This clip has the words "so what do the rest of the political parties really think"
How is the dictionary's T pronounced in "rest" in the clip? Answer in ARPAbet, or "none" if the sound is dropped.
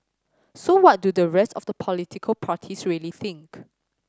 T